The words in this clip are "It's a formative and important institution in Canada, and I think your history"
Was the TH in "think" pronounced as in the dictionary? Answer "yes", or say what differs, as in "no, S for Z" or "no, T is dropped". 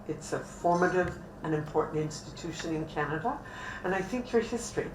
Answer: yes